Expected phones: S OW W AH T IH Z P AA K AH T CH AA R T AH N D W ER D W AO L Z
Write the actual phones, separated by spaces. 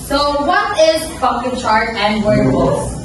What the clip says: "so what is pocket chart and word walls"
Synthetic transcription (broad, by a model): S OW W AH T IH Z F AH K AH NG CH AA R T AH N D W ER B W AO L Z